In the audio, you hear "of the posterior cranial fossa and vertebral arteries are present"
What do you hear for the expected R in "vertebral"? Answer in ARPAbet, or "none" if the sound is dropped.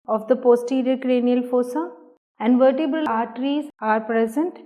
none